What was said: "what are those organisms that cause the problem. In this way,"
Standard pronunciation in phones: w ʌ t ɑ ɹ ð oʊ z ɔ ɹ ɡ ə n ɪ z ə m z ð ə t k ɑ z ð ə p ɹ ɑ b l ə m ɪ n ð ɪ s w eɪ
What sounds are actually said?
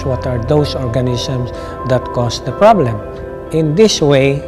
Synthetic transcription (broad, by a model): w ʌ t ɑ ɹ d oʊ s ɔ ɹ ɡ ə n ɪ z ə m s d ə t k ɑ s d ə p ɹ ɑ b l ə m ɪ n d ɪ s w eɪ